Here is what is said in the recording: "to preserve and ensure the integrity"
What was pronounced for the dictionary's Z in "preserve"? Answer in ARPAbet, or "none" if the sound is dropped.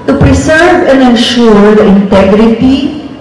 S